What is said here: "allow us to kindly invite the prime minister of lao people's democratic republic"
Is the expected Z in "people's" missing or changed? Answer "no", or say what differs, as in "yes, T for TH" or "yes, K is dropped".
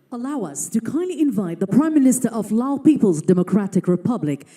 no